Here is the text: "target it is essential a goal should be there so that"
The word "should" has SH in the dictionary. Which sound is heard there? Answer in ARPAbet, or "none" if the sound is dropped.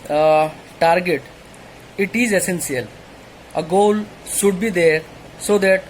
S